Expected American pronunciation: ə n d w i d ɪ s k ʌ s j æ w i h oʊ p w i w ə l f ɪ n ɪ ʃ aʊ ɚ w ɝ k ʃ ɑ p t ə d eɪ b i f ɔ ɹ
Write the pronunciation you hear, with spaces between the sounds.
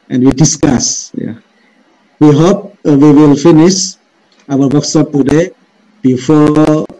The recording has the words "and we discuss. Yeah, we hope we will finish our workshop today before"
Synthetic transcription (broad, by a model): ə n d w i d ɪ s k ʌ s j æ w i h oʊ p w i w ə l f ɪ n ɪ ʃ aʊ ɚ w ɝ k s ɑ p t ə d eɪ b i f ɔ